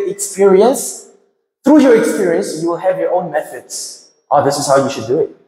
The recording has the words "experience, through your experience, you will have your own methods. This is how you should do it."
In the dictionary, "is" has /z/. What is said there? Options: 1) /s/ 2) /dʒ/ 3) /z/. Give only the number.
1